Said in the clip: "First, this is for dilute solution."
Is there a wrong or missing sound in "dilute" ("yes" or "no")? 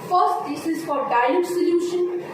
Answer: yes